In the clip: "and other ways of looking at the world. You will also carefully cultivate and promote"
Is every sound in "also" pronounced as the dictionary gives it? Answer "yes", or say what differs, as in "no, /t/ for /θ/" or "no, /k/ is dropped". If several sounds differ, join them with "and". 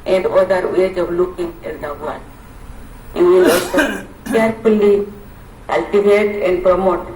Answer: no, /l/ is dropped